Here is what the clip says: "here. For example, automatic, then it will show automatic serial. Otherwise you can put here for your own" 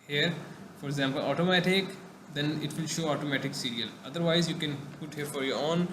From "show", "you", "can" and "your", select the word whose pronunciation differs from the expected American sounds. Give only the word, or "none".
none